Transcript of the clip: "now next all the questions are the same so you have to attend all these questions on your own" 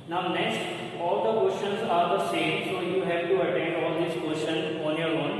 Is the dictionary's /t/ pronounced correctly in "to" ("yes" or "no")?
yes